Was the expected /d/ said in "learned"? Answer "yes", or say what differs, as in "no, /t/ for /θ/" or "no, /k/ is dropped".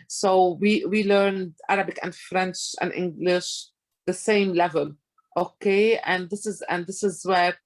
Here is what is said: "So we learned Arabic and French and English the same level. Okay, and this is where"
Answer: yes